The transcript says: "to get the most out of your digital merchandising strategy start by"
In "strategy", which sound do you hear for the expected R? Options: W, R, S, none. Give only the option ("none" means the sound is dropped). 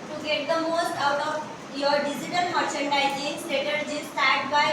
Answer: none